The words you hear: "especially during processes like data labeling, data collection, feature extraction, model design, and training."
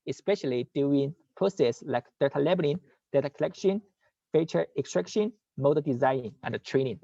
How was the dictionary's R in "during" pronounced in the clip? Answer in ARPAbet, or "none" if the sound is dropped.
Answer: none